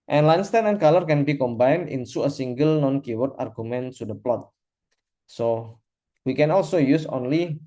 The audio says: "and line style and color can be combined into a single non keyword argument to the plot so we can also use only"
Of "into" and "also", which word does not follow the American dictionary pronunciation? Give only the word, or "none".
into